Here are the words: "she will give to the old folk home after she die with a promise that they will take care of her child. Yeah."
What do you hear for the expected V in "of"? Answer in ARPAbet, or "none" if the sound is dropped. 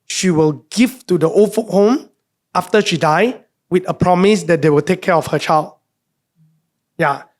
F